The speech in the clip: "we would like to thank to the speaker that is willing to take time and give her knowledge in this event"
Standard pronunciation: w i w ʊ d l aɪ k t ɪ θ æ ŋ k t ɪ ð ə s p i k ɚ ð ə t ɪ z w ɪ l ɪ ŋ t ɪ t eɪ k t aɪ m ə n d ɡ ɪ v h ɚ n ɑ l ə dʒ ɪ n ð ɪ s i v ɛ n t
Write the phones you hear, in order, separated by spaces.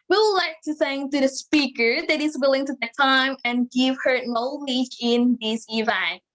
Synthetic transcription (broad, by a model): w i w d l aɪ k t ɪ s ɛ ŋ t ɪ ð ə s p i k ɚ ð ə t ɪ z w ɪ l ɪ ŋ t ɪ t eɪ t aɪ m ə n ɡ ɪ v h ɚ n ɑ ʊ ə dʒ ɪ n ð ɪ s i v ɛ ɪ